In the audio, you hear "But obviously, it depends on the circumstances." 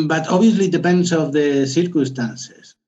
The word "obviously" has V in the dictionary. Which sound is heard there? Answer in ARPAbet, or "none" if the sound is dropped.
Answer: none